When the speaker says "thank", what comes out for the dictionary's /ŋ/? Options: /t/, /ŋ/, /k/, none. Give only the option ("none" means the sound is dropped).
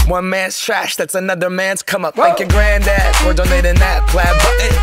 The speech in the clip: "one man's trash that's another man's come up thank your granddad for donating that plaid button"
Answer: none